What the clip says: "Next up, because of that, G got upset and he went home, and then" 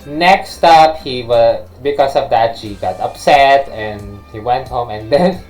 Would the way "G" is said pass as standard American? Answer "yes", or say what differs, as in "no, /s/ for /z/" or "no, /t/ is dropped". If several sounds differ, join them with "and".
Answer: no, /ʃ/ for /dʒ/